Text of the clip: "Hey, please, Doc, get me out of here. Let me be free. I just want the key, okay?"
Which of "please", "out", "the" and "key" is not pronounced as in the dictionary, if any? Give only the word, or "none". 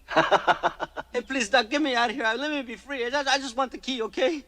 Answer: none